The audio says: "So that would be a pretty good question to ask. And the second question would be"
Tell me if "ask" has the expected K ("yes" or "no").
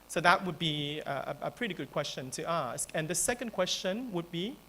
yes